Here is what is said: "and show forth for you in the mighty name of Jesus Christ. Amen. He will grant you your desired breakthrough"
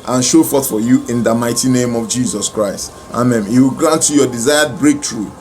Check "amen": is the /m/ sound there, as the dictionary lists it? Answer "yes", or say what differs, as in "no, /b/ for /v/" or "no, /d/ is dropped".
yes